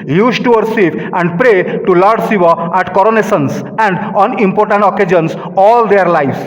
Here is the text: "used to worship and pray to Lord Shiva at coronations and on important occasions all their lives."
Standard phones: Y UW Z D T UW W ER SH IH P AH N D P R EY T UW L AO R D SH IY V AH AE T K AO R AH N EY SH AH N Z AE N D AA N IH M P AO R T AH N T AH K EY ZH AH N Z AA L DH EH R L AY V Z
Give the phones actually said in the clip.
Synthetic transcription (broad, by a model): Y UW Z T UW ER S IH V AH N D P R EY T UW L AO R D S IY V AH AE T K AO R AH N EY S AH N S AE N D AA N IH M P AO R T AH N T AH K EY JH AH N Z AA L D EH R L AY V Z